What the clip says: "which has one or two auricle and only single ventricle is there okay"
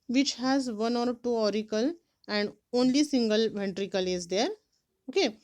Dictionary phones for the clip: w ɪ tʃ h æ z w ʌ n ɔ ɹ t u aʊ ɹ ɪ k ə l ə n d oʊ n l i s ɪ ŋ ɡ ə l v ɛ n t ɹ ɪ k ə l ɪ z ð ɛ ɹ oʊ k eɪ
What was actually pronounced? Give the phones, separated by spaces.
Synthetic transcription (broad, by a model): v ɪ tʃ h æ z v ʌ n ɔ ɹ t u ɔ ɹ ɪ k ə l ə n d oʊ n l i s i ŋ ɡ ə l v ɛ n t ɹ ɪ k ə l ɪ z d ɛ ɹ oʊ k eɪ